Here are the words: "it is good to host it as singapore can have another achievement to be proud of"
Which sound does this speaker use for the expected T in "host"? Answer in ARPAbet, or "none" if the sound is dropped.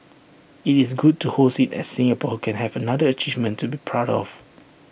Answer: none